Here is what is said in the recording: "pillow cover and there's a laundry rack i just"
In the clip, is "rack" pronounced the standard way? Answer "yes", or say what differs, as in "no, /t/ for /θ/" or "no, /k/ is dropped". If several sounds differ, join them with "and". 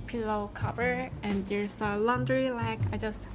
no, /l/ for /ɹ/